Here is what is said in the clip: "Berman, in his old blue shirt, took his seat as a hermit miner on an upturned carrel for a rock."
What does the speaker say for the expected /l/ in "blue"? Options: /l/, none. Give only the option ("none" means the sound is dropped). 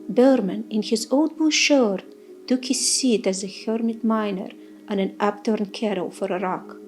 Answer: none